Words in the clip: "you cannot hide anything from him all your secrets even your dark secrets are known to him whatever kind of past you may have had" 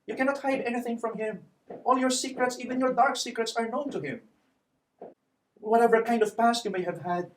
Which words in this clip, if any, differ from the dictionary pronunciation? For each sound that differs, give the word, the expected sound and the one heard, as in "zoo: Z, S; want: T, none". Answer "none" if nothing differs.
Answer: none